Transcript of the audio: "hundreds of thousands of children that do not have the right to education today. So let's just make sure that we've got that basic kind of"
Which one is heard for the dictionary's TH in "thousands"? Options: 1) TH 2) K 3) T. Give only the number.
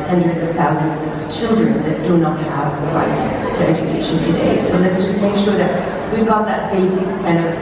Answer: 1